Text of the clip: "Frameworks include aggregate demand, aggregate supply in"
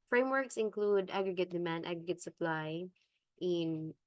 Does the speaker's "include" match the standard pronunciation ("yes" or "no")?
yes